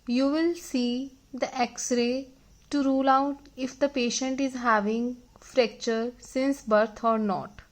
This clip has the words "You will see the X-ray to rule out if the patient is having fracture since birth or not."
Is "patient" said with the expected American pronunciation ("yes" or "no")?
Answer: yes